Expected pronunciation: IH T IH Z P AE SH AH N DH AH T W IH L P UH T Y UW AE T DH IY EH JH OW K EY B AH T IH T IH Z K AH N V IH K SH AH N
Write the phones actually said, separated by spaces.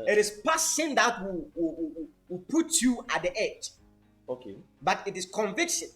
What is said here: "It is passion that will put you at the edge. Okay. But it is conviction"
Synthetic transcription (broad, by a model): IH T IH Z P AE S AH N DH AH T W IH W P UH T Y UW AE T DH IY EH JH OW K EY B AH T IH T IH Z K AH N V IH K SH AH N